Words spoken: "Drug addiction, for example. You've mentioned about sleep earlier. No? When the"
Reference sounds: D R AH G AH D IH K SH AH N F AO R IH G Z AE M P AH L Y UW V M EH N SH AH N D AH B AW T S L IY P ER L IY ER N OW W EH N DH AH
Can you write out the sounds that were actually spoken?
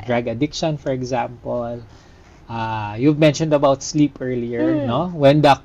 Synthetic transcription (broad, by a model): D R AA G AH D IH K SH AH N F AO R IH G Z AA M P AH L Y UW V M EH N SH AH N D AH B AW T S L IY P ER L IY ER N OW W EH N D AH